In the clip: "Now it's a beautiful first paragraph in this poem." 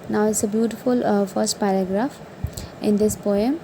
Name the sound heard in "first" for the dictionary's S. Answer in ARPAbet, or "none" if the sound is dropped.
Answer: S